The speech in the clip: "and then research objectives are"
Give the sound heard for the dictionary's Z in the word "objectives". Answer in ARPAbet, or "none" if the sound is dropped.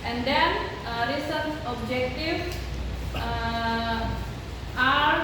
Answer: none